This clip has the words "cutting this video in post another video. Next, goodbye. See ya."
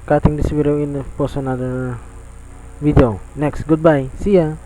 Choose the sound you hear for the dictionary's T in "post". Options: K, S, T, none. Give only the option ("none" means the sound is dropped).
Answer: none